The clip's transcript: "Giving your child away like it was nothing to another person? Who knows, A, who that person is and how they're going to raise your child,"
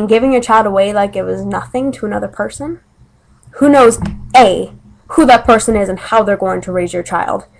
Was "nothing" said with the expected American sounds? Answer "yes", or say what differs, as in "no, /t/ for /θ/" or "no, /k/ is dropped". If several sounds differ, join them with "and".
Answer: yes